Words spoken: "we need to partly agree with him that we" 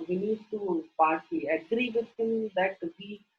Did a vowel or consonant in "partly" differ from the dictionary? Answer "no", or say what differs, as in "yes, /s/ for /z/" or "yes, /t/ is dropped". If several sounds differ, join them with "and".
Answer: yes, /l/ is dropped